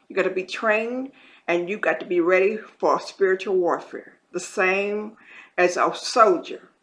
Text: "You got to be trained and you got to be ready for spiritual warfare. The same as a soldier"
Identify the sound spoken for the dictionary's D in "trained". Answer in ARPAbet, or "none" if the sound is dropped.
D